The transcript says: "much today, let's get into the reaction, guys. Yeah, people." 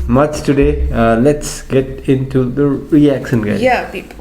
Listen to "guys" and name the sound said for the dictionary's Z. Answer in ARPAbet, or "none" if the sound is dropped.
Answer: none